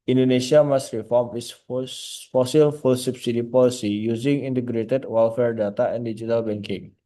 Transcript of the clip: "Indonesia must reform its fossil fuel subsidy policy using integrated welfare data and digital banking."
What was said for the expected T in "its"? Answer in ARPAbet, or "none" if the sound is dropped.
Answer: S